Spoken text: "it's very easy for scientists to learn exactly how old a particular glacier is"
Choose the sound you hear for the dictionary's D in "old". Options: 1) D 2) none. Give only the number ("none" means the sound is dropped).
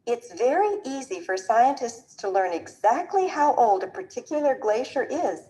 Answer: 1